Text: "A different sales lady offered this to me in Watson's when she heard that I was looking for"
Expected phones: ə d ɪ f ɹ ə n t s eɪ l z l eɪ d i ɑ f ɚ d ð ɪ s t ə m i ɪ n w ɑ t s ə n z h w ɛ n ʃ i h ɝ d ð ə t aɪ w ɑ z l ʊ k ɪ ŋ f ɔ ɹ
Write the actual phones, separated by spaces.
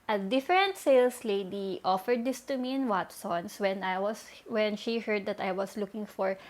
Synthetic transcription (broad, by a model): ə d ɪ f ɹ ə n t s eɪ l s l eɪ d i ɑ f ɚ d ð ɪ s t ə m i ɪ n w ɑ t s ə n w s w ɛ n ʃ i h ɝ d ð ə t aɪ w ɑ s l ʊ k ɪ ŋ f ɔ ɹ